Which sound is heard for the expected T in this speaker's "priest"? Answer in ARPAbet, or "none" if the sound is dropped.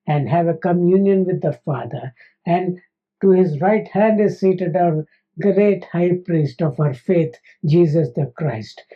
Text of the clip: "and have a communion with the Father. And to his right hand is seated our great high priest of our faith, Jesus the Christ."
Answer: T